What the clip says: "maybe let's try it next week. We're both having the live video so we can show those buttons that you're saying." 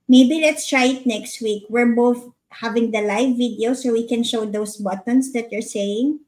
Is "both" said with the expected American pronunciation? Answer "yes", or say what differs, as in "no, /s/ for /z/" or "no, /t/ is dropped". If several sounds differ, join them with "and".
yes